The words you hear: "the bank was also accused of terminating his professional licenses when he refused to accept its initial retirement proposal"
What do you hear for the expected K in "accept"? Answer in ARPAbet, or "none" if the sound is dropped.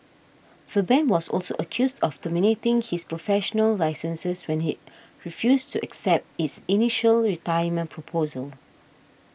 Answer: K